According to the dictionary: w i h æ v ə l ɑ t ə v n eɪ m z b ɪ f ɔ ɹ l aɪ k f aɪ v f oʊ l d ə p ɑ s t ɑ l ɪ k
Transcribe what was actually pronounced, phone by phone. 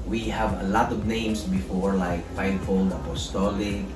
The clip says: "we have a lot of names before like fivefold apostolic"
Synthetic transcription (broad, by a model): w i h æ v ə l ɑ t ə v n eɪ m s b ɪ f ɔ ɹ l aɪ k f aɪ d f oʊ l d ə p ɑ s t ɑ l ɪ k